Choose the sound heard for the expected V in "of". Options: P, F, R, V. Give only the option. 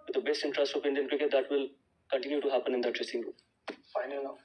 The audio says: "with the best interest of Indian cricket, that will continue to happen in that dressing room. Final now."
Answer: P